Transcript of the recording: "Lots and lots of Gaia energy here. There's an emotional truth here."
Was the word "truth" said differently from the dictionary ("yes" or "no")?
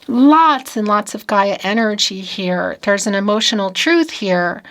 no